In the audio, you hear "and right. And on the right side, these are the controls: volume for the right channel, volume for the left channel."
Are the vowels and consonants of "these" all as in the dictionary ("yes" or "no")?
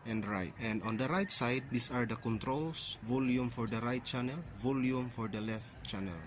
no